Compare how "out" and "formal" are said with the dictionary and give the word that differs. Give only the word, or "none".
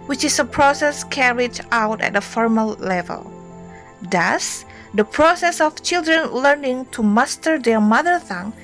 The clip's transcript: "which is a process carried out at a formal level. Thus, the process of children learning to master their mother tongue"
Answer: none